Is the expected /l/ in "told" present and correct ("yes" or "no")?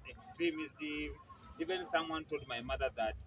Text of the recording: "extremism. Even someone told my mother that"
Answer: yes